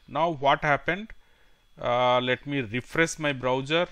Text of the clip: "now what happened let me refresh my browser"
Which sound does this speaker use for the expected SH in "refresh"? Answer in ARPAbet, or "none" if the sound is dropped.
S